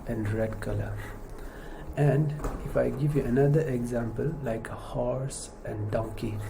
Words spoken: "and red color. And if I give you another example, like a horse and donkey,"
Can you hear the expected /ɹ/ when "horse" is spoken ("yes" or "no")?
yes